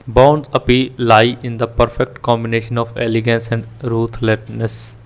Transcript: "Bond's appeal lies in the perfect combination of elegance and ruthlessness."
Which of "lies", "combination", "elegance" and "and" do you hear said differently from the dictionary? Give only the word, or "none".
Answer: lies